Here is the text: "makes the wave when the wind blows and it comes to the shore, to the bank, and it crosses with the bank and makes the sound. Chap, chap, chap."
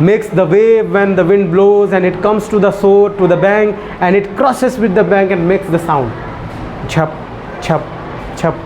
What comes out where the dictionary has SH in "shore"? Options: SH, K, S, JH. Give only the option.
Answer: S